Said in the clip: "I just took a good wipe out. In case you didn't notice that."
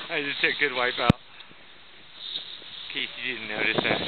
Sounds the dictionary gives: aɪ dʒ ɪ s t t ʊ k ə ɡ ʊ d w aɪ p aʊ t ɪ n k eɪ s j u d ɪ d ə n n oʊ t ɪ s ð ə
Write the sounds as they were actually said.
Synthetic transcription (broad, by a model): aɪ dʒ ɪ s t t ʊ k ɡ ʊ d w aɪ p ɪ l k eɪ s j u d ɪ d n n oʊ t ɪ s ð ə